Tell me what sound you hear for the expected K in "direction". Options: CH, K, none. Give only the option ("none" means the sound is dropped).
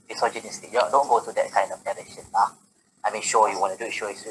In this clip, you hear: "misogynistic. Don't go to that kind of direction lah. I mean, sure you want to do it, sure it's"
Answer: none